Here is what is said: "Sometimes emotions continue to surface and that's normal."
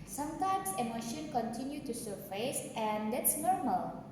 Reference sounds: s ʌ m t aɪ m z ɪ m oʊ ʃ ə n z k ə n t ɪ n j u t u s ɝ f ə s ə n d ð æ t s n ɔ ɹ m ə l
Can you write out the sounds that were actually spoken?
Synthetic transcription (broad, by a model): s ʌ m t aɪ m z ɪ m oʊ ʃ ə n k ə n t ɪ n j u t u s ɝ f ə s ə n d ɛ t s n ɔ ɹ m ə l